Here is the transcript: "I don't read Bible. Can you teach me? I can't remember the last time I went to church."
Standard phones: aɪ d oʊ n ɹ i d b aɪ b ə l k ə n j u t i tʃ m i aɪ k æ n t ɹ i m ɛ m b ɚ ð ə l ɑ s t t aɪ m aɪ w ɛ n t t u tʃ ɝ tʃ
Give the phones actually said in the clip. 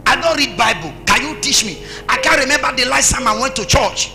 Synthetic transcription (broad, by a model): aɪ d oʊ n ɹ i d b aɪ b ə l k ə n j u t i tʃ m i aɪ k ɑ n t ɹ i m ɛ m b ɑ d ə l ɑ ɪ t s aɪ m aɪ w ɛ n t t u tʃ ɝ tʃ